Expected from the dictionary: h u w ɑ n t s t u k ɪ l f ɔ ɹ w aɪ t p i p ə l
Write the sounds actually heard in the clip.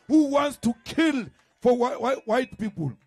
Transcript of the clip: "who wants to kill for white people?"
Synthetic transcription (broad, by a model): h u w ɑ n t s t u k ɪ l f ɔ w w aɪ t p i p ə l